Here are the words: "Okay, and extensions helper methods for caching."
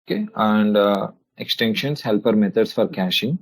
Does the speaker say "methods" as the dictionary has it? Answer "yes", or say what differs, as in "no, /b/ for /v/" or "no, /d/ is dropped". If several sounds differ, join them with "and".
no, /t/ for /θ/ and /s/ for /z/